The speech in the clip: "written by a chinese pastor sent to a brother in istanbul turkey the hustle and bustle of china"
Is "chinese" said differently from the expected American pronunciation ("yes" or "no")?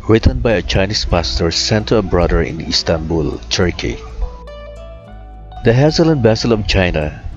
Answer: yes